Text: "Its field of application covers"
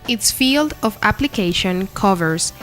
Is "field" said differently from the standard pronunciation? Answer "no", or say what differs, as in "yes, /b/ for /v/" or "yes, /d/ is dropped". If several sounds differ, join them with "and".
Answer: no